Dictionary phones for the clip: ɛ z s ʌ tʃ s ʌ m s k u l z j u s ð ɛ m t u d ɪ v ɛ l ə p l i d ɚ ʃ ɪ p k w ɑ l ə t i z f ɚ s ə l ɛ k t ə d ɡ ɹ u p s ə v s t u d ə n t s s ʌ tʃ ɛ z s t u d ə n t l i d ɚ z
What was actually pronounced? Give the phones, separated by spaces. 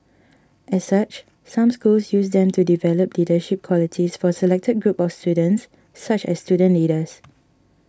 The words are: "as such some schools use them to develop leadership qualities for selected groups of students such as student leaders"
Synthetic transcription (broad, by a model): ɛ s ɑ tʃ s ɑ m s k u l s j u s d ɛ m t u d ɪ v ɛ l ə p l i d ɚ ʃ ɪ p k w ɑ l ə t i s f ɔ s ə l ɛ k t ə d ɡ ɹ u p ə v s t u d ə n t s s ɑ tʃ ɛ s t u d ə n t l i d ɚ s